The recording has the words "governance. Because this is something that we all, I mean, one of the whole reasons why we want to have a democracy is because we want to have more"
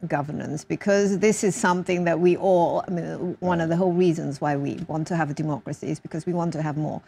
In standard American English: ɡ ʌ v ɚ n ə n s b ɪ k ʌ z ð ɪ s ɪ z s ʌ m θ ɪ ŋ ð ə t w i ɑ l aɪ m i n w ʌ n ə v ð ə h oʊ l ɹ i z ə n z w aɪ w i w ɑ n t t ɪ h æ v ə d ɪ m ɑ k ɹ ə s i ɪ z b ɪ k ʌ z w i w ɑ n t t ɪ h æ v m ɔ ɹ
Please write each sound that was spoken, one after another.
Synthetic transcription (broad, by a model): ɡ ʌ v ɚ n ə n s b ɪ k ʌ z ð ɪ s ɪ z s ʌ m θ ɪ ŋ ð ə t w i ɑ l aɪ m i n w ʌ n ə v ð ə h oʊ l ɹ i z ə n z w aɪ w i w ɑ n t t ɪ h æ v ə d ɪ m ɑ k ɹ ə s i ɪ z b ɪ k ʌ z w i w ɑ n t t ɪ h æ v m ɔ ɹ